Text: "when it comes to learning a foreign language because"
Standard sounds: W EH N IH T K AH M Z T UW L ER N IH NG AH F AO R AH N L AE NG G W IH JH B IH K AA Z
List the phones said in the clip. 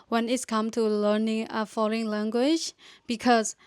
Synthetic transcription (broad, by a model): W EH N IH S K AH M T UW L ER N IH NG AH F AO L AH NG L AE NG G W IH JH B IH K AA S